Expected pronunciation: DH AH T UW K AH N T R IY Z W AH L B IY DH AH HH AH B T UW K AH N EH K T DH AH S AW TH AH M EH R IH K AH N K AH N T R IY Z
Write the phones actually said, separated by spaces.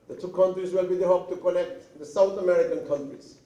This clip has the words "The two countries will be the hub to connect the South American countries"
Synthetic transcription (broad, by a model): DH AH T UW K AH N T R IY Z W AH L B IY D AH HH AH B T UW K AH N EH K T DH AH S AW T AH M EH R IH K AH N K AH N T R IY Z